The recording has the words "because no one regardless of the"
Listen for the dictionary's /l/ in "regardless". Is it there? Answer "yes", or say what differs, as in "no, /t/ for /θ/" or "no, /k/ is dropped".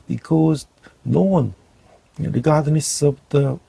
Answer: no, /n/ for /l/